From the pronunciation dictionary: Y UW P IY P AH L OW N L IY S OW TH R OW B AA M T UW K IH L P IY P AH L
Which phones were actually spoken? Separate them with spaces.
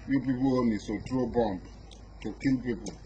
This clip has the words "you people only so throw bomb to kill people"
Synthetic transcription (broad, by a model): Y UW P IY P AH L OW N IY S OW T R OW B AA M T UW K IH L P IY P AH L